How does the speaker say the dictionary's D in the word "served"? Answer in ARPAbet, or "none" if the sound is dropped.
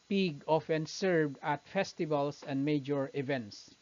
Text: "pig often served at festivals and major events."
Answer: D